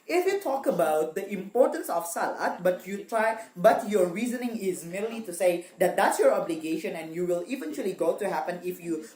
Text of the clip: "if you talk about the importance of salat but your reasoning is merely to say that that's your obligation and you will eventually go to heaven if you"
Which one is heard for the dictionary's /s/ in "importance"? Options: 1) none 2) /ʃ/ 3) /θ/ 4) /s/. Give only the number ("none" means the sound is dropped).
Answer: 4